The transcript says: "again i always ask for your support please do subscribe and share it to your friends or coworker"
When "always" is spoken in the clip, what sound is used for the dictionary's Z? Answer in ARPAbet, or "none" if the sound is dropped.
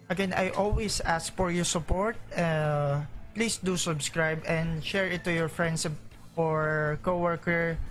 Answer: S